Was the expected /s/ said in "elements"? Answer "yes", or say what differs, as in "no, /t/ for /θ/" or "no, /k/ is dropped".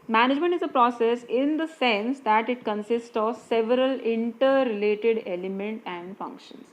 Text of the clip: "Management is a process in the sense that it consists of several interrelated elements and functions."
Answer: no, /s/ is dropped